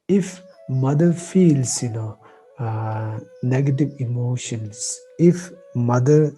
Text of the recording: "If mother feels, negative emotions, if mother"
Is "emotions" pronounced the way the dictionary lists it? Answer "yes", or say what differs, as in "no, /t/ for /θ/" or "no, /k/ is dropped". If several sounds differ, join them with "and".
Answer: no, /s/ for /z/